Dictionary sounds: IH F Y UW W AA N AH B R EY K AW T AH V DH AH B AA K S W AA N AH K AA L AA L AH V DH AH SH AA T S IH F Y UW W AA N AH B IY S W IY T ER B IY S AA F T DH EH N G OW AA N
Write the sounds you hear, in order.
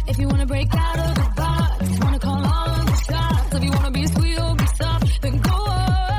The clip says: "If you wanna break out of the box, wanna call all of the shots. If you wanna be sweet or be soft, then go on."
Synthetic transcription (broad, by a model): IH F Y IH W AA N AH B R EY K AW T AH V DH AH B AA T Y W AA N AH K AA L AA N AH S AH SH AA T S IH F Y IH W AA N AH B IY S W IY T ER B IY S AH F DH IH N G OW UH